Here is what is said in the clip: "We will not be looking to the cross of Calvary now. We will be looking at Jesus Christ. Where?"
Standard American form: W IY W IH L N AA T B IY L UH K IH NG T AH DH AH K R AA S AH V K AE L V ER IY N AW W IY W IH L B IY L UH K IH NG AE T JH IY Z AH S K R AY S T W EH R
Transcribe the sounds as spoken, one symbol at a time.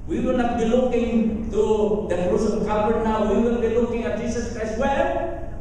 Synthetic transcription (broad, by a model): W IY W IH L N AA T B IY L UH K IH NG T AH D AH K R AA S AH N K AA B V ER N AW W IY W IH L B IY L UH K IH NG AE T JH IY S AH S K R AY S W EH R